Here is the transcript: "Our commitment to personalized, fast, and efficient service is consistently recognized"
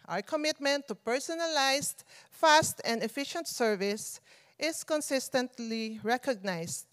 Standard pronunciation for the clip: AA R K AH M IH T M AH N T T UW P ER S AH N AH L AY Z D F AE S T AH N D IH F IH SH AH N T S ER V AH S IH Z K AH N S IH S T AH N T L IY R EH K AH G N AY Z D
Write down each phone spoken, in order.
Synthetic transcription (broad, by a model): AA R K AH M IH T M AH N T T UW P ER S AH N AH L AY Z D F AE S T AH N D IH F IH SH AH N T S ER V AH S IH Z K AH N S IH S T AH N T L IY R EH K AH G N AY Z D